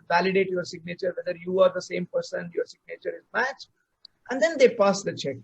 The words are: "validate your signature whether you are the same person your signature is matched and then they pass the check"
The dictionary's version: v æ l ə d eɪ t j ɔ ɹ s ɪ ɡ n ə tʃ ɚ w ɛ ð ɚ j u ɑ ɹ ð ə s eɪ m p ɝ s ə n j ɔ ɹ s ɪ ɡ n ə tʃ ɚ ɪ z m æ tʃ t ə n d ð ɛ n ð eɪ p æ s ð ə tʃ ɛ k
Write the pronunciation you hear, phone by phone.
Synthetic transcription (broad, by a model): v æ l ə d eɪ t j ɔ ɹ s ɪ ɡ n ə tʃ ɚ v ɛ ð ɚ j u ɑ ɹ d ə s eɪ m p ɝ s ə n j ɔ ɹ s ɪ ɡ n ə tʃ ɚ ɪ z m æ tʃ t ə n d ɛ n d eɪ p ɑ s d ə tʃ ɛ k